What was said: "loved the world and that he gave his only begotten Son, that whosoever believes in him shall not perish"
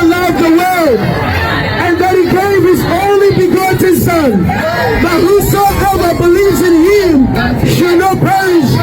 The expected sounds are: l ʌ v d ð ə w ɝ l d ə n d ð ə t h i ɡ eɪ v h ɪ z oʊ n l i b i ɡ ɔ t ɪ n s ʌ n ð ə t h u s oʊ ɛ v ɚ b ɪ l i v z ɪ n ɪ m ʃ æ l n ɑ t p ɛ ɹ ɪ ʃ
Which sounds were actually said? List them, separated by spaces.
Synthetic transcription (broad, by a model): l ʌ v ð ə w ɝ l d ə n ð ə t h i ɡ eɪ v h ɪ z oʊ n l i b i ɡ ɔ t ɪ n s ʌ n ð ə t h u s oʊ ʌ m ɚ b ɪ l i v z ɪ n ɪ m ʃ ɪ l n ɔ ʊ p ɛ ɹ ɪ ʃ